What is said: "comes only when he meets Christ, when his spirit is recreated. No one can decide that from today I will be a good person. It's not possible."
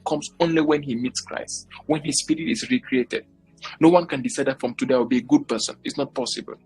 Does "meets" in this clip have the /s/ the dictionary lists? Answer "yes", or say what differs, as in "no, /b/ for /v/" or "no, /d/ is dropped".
yes